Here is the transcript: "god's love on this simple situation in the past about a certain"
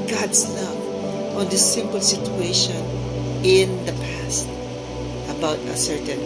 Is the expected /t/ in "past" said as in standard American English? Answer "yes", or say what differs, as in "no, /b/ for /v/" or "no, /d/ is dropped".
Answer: yes